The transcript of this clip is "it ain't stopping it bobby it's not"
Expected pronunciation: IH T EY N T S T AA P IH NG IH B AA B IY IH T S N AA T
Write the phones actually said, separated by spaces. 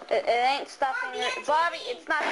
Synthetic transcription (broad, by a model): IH T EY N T S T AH F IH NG IH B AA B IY IH T S N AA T